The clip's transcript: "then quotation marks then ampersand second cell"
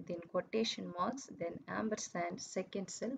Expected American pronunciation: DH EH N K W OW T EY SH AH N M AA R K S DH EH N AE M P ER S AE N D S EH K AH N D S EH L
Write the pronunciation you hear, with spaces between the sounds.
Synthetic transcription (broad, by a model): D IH N K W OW T EY SH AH N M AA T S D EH N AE M B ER S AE N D S EH K AH N D S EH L